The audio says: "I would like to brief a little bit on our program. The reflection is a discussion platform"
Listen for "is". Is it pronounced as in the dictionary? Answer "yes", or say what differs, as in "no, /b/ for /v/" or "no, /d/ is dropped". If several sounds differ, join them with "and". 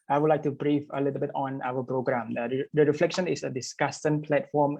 no, /s/ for /z/